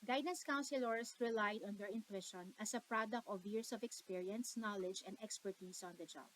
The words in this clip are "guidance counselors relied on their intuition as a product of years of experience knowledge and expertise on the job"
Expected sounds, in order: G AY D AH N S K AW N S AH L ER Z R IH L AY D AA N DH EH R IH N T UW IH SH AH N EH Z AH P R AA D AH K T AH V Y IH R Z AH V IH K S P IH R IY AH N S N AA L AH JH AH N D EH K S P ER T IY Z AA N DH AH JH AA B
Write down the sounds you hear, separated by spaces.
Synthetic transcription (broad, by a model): G AY D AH N S K AW N S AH L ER S R IH L AY D AA N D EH R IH N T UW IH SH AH N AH S AH P R AA D AH K T AH V Y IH R S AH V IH K S P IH R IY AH N S N AA L AH JH AH N D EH K S P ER T IY S AA N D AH JH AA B